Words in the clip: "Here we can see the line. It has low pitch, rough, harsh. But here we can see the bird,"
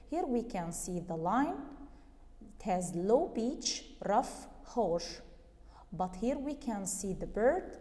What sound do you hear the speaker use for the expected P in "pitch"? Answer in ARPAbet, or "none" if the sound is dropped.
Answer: B